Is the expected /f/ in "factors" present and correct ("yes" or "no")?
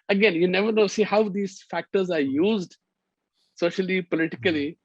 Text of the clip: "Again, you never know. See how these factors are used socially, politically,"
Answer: yes